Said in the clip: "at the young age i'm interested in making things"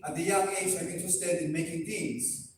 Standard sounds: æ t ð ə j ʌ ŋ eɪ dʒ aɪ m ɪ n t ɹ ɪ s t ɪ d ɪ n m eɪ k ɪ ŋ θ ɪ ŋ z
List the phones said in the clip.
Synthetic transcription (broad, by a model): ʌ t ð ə j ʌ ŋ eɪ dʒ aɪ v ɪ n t ɪ s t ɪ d ɪ n m eɪ k ɪ ŋ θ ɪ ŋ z